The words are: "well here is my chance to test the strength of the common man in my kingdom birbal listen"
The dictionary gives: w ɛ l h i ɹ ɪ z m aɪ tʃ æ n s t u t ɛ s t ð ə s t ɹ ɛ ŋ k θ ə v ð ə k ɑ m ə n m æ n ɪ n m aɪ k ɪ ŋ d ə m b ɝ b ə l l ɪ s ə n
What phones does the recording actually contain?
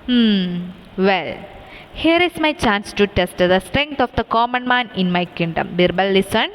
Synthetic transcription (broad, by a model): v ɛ l h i ɹ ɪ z m aɪ tʃ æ n s t u t ɛ s t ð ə s t ɹ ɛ ŋ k t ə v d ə k ɑ m ə n m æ n ɪ n m aɪ k ɪ ŋ d ə m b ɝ b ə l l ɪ s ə n